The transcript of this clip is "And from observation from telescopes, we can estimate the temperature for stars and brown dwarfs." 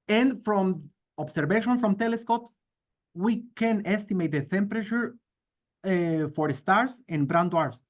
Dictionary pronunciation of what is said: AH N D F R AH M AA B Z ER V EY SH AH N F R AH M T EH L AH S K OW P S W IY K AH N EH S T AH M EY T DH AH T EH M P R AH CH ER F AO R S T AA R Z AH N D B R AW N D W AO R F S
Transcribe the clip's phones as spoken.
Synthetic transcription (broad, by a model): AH N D F R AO M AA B S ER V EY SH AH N F R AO M T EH L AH S K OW P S W IY K AH N EH S T AH M EY T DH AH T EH M P R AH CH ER F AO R S T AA R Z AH N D B R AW N D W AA R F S